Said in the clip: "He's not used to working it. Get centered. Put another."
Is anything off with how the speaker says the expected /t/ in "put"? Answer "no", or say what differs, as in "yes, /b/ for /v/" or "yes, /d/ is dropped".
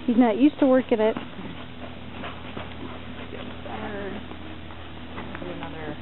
yes, /t/ is dropped